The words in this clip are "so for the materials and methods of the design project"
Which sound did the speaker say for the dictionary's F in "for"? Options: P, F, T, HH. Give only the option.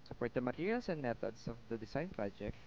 P